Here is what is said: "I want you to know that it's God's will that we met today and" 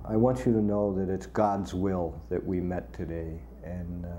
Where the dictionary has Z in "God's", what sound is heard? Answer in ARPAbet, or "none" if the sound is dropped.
Z